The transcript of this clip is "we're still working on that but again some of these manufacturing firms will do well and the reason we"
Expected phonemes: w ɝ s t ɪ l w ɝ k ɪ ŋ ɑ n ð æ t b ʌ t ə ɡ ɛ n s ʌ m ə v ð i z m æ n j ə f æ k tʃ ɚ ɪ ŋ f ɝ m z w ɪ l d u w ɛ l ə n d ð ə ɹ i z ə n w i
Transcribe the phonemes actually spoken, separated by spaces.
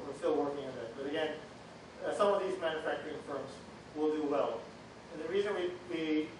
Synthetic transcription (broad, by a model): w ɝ s t ɪ l w ɝ k ɪ ŋ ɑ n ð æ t b ʌ t ə ɡ ɛ n s ʌ m ə v ð i z m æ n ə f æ k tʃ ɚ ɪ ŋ f ɝ m z w ɪ l d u w ɛ l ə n ð ə ɹ i z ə n w i